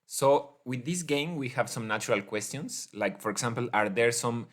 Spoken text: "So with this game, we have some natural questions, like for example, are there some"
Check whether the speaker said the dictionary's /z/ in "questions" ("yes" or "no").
no